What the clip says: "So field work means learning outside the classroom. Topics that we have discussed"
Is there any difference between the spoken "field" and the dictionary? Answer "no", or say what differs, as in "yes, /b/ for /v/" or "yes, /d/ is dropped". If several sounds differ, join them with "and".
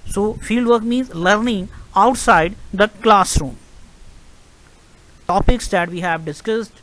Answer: yes, /l/ is dropped